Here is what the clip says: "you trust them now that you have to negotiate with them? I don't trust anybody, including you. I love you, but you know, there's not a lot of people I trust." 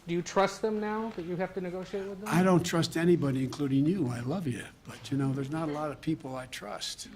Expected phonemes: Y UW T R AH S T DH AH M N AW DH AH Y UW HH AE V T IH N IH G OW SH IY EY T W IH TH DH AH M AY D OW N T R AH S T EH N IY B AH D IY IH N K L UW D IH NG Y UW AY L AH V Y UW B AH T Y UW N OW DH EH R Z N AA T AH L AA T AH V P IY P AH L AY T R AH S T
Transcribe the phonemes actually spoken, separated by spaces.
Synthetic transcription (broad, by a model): Y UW T R AH S T DH AH M N AW DH AH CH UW HH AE F T IH N IH G OW SH IY EY T W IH DH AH AY D OW N T R AH S T EH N IY B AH D IY IH N K L UW D IH NG Y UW AY L AH V Y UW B AH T Y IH N OW DH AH R Z N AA T AH L AA T AH V P IY P L AY T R AH S T